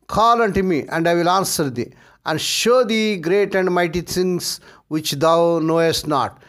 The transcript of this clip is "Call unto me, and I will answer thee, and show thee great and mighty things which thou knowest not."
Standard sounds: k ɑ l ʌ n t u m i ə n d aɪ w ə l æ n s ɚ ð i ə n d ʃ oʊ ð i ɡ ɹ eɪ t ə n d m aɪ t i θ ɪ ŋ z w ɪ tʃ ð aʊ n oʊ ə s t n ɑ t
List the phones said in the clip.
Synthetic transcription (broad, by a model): k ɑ l ʌ n t u m i ə n d aɪ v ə l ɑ n s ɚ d i ə n d ʃ oʊ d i ɡ ɹ eɪ t ə n d m aɪ t i t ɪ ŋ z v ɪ tʃ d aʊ n oʊ ə s t n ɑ t